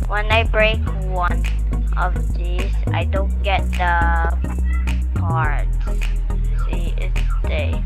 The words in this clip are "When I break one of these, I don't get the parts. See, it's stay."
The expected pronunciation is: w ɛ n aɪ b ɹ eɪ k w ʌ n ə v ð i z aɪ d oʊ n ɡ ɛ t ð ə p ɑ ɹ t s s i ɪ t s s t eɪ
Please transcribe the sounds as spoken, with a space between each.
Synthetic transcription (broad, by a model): w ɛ n aɪ b ɹ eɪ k w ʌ n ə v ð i s aɪ d oʊ n ɡ ɛ t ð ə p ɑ ɹ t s s i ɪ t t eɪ